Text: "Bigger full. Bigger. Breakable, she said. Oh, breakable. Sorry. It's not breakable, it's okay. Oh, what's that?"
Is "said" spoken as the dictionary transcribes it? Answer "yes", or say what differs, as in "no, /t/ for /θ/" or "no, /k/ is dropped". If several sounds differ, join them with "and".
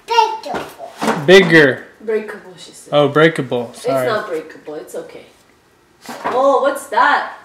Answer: no, /d/ is dropped